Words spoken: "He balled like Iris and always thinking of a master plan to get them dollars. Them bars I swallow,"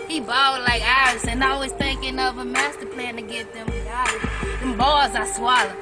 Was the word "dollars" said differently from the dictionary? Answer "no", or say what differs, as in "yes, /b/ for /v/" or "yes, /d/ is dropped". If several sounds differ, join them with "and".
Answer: yes, /l/ is dropped